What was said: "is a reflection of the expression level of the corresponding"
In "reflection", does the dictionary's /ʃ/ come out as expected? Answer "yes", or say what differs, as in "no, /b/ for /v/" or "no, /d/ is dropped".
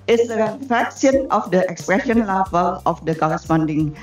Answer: no, /s/ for /ʃ/